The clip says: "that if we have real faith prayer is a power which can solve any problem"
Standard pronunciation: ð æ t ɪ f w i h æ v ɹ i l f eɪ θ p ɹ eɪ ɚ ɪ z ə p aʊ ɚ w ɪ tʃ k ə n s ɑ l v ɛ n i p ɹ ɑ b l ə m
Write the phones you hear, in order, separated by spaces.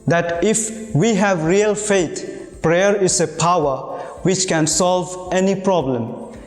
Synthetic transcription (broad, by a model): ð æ t ɪ f w i h æ v ɹ i l f eɪ t p ɹ eɪ ɚ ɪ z ə p aʊ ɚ w ɪ tʃ k ə n s ɑ l v ɛ n i p ɹ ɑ b l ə m